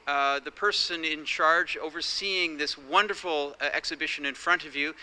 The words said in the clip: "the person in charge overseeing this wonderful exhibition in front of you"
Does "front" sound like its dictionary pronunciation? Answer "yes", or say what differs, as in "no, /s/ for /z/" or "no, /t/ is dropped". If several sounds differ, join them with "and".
yes